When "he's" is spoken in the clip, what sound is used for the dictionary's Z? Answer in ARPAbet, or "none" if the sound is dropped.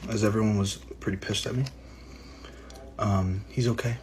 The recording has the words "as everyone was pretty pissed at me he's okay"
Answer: Z